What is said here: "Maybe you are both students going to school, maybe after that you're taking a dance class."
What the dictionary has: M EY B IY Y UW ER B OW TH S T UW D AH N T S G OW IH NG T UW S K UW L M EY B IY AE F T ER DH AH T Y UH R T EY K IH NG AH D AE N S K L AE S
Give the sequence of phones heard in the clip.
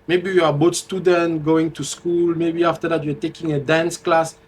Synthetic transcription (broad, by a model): M EY B IY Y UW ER B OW T S T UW D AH N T G OW IH NG T UW S K UW L M EY B IY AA F T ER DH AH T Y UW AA T EY K IH NG AH D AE N S K L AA S